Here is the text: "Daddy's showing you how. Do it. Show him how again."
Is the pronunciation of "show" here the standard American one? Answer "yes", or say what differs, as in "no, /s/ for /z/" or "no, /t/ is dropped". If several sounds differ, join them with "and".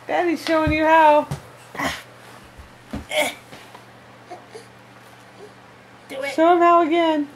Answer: no, /s/ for /ʃ/